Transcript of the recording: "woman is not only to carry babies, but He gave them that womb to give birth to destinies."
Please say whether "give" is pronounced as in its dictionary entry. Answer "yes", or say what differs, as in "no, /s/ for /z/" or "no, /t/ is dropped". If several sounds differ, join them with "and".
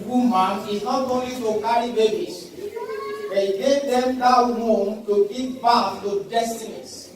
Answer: no, /p/ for /v/